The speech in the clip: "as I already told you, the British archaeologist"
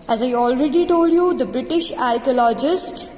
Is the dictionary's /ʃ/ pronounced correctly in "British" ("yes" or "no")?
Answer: yes